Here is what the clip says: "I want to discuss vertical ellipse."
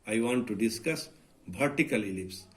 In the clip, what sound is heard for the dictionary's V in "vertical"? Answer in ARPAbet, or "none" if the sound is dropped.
B